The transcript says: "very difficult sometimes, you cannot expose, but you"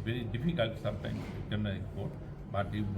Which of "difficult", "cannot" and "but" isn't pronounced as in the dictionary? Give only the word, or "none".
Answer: cannot